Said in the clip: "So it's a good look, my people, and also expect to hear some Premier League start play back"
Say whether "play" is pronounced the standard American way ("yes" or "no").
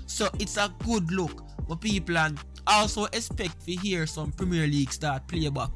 yes